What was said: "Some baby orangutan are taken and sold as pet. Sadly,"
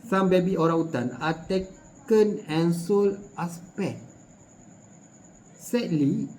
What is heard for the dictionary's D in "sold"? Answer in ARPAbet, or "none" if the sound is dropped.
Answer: none